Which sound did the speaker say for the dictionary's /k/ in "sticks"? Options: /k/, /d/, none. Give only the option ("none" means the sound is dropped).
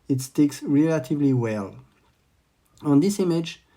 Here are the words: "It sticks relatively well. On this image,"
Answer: /k/